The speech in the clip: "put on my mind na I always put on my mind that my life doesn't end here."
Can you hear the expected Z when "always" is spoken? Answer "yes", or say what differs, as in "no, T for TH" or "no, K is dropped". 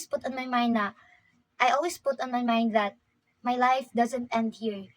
no, S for Z